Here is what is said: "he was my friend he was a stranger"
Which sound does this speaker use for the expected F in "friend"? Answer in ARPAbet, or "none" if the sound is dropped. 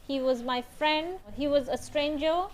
F